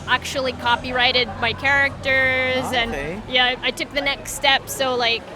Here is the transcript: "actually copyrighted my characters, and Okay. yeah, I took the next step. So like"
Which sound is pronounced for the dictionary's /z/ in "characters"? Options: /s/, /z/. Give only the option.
/z/